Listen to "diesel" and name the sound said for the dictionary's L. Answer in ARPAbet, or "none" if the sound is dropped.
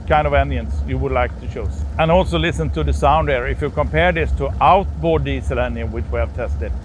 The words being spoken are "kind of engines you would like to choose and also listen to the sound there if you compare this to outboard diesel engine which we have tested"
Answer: L